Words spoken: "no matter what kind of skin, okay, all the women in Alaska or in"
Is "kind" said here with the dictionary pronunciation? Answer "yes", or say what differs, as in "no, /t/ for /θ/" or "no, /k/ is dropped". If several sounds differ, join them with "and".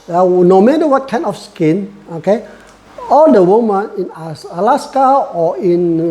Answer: no, /d/ is dropped